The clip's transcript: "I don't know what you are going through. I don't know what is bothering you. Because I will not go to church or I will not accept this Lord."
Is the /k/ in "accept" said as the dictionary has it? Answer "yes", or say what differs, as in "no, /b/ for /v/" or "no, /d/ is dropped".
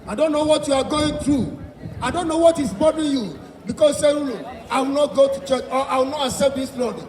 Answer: no, /k/ is dropped